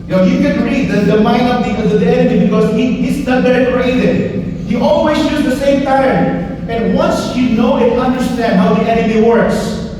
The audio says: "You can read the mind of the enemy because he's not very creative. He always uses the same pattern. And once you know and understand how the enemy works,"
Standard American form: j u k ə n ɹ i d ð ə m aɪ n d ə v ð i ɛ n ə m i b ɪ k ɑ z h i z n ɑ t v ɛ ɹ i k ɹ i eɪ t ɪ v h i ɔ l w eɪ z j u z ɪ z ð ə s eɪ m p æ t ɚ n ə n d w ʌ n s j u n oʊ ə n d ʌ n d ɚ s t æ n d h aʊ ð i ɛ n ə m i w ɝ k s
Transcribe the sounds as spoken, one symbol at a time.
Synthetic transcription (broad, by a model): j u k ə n ɹ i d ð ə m aɪ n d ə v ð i ɛ n ə m i b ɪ k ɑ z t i s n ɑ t b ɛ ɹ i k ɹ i eɪ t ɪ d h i ɔ l w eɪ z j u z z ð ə s eɪ m p æ t ɚ n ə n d w ʌ n s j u n oʊ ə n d ʌ n d ɚ s t æ n d h aʊ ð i ɛ n ə m i w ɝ k s